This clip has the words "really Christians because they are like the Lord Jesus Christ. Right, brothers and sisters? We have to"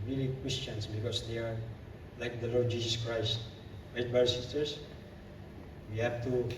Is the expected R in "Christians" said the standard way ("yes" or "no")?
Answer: no